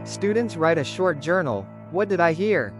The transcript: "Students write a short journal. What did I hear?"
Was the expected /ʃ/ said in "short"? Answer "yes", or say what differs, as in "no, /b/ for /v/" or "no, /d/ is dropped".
yes